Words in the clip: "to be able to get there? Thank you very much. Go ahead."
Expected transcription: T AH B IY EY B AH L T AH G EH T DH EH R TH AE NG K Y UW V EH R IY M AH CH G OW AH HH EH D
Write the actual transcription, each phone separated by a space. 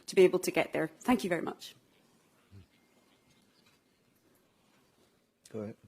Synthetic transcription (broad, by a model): T AH B IY EY B AH L T AH G EH T DH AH R TH AE NG K Y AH V EH R IY M AH CH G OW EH